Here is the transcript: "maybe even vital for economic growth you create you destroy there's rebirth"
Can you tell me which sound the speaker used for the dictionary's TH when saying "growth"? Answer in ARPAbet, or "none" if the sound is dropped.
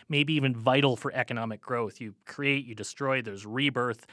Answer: TH